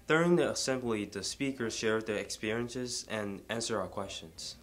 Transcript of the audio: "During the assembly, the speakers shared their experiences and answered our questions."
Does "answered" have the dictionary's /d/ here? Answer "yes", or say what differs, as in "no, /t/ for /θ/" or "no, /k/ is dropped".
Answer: no, /d/ is dropped